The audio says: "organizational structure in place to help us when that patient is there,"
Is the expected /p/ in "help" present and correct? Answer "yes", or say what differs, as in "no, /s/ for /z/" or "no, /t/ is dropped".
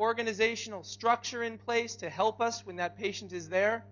yes